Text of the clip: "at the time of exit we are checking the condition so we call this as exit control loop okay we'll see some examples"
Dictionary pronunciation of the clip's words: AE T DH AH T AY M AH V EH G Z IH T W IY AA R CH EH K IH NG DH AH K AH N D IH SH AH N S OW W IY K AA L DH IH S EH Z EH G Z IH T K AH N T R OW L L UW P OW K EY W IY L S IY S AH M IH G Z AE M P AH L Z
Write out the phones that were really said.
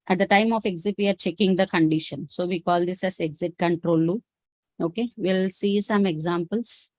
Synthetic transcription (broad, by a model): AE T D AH T AY M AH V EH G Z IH T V IY AA R CH EH K IH NG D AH K AH N D IH SH AH N S OW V IY K AA L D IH S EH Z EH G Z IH T K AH N T R OW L L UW OW K EY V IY L S IY S AH M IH G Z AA M P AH L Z